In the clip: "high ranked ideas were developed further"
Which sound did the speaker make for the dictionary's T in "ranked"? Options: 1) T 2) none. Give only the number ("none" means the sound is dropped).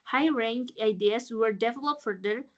2